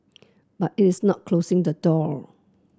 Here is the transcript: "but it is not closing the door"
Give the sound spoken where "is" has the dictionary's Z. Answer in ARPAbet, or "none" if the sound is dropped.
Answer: S